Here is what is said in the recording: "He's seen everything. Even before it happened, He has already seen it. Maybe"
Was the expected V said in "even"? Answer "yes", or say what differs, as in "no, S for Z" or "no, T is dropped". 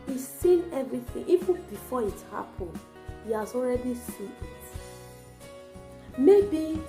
no, F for V